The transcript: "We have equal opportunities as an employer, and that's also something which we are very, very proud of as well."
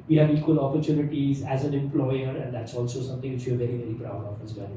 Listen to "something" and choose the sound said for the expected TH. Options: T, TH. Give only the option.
T